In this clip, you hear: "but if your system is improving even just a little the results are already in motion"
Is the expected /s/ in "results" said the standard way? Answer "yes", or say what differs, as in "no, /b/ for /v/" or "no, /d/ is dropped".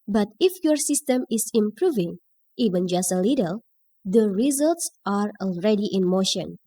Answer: yes